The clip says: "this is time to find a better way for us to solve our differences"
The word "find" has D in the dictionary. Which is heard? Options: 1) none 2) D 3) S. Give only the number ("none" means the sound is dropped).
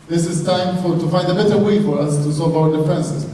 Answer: 2